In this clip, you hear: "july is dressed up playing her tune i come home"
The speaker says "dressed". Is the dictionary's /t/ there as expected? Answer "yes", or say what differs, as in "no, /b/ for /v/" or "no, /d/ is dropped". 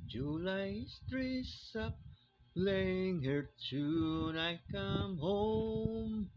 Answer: no, /t/ is dropped